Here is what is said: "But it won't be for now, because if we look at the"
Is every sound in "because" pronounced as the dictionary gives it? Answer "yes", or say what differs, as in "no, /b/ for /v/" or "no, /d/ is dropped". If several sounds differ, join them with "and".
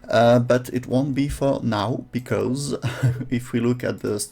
yes